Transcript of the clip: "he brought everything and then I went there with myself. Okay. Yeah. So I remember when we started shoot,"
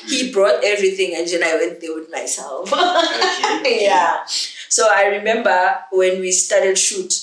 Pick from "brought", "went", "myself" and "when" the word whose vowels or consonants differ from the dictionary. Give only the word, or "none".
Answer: none